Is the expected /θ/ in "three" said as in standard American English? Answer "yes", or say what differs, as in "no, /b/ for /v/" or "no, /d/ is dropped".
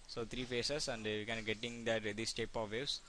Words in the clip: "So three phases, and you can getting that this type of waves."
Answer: no, /t/ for /θ/